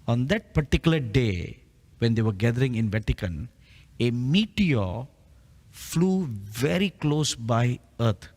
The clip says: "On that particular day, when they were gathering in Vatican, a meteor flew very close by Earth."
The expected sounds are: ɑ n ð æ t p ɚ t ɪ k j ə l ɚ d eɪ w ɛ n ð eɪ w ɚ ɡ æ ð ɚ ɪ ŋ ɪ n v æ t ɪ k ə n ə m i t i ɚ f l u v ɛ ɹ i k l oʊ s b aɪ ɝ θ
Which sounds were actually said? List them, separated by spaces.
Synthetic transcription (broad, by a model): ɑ n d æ t p ɚ t ɪ k j ə l ɚ d eɪ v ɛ n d eɪ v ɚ ɡ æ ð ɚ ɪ ŋ ɪ n v æ t ɪ k ə n ə m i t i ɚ f l u v ɛ ɹ i k l oʊ s b aɪ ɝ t